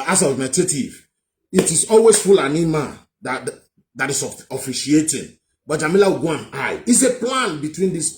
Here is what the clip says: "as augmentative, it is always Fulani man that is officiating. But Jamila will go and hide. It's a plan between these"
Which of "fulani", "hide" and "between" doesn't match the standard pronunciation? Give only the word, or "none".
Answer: hide